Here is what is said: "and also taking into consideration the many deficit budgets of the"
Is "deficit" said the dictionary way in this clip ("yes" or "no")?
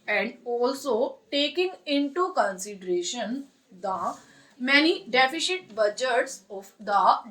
no